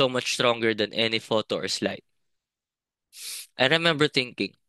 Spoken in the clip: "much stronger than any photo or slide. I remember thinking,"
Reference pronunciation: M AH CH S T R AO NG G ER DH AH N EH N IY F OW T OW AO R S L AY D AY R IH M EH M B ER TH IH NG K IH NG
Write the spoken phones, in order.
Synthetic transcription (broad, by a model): M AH CH S T R AO NG G ER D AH N EH N IY F OW T OW AO R S L AY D AY R IH M EH M B ER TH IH NG K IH NG